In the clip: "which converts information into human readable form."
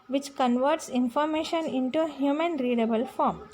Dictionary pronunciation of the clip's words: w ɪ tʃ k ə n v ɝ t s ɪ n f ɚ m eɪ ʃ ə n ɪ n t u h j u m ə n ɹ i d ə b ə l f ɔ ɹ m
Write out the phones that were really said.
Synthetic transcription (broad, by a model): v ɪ tʃ k ə n v ɝ t s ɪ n f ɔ m eɪ ʃ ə n ɪ n t u h j u m ə n ɹ i d ə b ə l f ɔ ɹ m